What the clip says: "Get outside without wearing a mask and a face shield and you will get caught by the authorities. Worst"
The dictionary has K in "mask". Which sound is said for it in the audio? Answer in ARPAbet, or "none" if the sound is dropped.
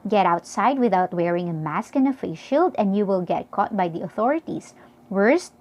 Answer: K